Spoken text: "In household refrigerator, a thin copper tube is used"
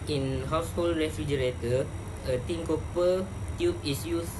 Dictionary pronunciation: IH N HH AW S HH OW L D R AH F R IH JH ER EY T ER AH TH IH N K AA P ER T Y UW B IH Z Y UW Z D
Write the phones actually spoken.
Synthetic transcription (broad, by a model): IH N HH AW S HH OW L D R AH F R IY JH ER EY T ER AH T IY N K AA P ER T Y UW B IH S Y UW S